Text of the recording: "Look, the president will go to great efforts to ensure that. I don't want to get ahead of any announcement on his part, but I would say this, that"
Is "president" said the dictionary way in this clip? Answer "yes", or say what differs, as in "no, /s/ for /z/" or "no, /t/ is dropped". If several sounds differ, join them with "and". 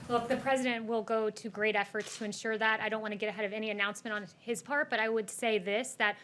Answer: yes